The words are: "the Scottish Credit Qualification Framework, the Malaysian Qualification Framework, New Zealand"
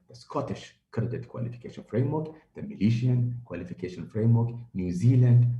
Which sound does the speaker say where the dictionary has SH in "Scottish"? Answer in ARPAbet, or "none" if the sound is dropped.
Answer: SH